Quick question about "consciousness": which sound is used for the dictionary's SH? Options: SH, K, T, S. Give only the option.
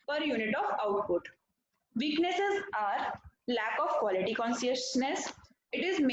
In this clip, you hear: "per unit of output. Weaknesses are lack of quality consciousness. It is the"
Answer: S